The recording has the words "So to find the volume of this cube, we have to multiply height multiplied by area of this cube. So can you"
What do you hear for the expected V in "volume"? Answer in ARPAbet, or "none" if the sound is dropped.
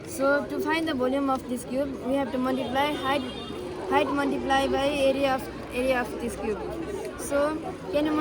B